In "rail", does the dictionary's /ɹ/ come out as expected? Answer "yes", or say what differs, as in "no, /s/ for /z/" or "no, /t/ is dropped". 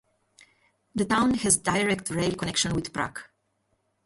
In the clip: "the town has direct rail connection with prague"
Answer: yes